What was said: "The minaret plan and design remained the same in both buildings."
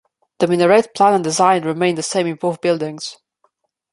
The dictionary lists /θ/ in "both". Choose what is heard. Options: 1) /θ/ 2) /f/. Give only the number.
2